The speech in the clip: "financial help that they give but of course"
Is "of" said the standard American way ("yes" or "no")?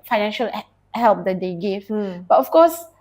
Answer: no